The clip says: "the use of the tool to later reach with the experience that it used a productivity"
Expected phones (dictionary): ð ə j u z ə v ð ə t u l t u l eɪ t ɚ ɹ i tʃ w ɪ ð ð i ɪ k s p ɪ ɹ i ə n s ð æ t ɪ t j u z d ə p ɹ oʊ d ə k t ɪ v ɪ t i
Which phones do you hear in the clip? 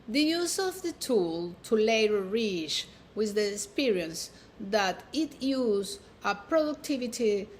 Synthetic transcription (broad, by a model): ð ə j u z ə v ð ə t u l t u l eɪ t ɚ ɹ i tʃ w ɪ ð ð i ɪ k s p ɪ ɹ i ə n s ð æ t ɪ t j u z ə p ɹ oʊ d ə k t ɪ v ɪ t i